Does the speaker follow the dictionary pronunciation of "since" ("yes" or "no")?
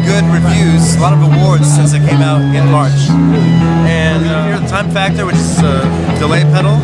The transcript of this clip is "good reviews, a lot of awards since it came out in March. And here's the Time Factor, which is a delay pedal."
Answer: yes